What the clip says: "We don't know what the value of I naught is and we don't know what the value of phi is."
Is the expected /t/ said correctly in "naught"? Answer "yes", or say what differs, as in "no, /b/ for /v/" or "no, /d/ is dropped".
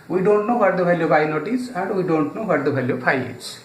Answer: yes